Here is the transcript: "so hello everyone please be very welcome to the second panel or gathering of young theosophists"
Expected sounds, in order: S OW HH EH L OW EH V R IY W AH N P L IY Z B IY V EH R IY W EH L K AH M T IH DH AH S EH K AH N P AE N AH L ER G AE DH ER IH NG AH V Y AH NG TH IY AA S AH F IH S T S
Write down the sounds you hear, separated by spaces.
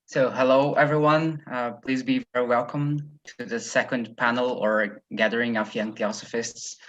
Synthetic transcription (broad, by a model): S OW HH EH L OW EH V R IY W AH N P L IY Z B IY V EH R IY W EH L K AH M T IH DH AH S EH K AH N P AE N L ER G AE DH ER IH NG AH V Y AH NG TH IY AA S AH F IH S T S